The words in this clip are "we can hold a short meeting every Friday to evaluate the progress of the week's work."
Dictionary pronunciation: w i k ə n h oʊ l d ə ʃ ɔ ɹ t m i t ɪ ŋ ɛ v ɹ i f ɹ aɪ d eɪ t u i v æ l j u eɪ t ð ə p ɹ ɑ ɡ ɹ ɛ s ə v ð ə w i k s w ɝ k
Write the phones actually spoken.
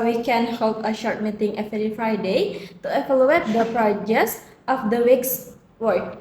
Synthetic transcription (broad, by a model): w i k ə n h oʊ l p ə ʃ ɔ ɹ t m i t ɪ ŋ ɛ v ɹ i f ɹ aɪ d eɪ t u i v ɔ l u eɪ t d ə p ɹ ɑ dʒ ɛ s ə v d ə w i k s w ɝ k